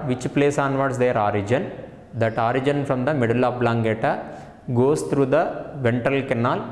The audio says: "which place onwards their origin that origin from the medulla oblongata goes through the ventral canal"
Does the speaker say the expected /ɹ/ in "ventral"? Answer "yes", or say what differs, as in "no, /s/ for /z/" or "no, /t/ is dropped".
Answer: no, /ɹ/ is dropped